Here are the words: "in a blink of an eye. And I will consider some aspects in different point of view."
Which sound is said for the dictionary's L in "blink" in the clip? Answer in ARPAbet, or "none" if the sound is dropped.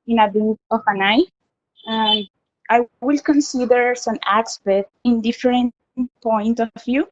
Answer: none